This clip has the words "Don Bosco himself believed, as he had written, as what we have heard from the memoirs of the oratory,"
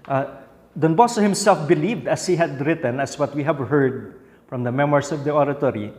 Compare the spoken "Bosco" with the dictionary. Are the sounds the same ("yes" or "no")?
no